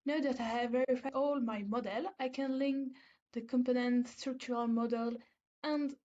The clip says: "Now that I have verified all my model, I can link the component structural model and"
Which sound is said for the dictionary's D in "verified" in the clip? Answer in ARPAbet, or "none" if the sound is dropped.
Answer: none